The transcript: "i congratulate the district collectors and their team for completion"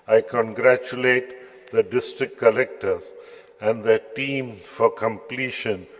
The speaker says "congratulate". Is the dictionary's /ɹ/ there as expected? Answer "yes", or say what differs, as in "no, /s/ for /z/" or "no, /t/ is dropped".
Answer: yes